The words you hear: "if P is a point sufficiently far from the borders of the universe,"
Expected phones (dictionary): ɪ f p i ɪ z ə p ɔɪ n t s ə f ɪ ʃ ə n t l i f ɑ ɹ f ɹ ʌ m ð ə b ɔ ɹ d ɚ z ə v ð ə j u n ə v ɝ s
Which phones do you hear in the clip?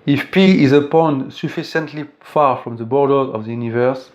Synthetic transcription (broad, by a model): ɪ f p i ɪ z ə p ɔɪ n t s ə f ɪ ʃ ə n t l i f ɑ ɹ f ɹ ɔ m ð ə b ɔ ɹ d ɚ ə v ð ə j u n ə v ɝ s